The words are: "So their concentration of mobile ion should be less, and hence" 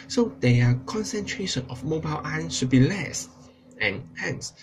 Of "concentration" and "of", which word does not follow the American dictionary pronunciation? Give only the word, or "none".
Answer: of